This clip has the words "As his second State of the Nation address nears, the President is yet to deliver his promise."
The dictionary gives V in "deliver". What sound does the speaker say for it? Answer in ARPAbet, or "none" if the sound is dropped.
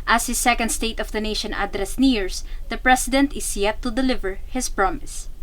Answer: V